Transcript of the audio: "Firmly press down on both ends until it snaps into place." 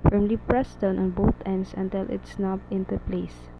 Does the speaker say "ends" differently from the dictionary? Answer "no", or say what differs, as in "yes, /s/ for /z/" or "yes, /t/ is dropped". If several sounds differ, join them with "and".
yes, /s/ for /z/